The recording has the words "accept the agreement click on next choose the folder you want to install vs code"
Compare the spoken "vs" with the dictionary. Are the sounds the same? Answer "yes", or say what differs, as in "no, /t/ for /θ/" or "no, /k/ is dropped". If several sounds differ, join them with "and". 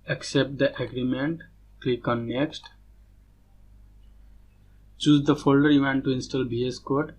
no, /b/ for /v/